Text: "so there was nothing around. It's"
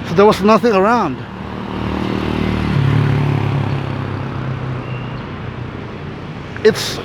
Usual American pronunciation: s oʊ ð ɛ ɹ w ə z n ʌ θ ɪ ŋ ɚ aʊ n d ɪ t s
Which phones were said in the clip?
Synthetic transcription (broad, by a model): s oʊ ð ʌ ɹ w ə z n ʌ θ ɪ ŋ ɚ aʊ n d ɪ t s